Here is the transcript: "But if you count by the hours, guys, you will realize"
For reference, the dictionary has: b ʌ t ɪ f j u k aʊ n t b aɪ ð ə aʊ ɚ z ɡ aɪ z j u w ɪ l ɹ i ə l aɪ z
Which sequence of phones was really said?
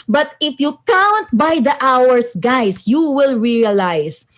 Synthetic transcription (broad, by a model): b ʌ t ɪ f j u k aʊ n t b aɪ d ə aʊ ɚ s ɡ aɪ s j u w ɪ l ɹ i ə l aɪ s